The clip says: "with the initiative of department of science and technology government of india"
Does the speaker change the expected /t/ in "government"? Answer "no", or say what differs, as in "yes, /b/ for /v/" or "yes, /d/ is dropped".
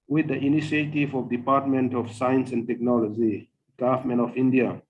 yes, /t/ is dropped